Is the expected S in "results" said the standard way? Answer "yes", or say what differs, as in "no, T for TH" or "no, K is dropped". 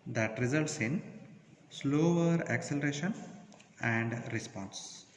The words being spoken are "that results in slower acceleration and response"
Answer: yes